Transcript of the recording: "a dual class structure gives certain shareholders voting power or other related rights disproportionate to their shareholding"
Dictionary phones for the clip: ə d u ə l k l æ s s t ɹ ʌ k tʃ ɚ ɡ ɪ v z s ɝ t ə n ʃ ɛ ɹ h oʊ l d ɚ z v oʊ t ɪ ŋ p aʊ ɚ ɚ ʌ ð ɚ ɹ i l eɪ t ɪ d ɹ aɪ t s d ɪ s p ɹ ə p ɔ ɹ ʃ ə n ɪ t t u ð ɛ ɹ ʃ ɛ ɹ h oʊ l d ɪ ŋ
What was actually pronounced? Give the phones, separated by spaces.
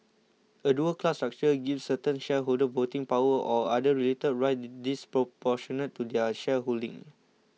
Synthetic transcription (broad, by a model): ə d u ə k l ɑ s s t ɹ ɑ k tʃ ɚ ɡ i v s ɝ t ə n ʃ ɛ h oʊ l d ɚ v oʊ t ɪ ŋ p aʊ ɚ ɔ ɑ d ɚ ɹ i l eɪ t ɪ d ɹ aɪ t d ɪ s p ɹ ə p ɔ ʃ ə n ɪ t t u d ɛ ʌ ʃ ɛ h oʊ l d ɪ ŋ